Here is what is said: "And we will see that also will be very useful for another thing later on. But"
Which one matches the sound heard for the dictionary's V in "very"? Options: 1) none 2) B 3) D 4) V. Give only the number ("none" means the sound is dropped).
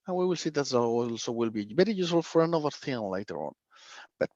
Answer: 2